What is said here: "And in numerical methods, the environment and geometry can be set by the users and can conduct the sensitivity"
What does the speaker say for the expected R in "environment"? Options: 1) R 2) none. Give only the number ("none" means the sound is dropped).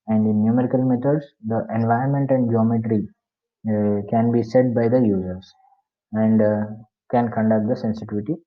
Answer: 2